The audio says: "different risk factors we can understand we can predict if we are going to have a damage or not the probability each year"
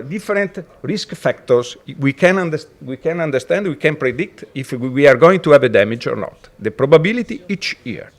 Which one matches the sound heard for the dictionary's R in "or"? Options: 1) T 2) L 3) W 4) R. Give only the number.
4